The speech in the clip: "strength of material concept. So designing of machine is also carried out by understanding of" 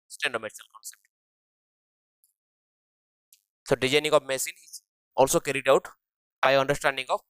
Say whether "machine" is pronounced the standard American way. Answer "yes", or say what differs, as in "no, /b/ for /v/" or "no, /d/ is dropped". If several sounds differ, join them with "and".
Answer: no, /s/ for /ʃ/